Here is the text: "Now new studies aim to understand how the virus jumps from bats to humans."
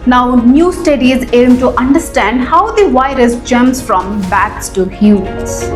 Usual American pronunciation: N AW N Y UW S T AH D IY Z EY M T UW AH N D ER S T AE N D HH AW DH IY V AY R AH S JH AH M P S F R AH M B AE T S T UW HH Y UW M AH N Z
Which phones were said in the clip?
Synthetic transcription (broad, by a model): N AW N Y UW S T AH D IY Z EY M T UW AH N D ER S T AE N D HH AW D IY V AY R AH S JH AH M S F R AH M B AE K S T UW HH Y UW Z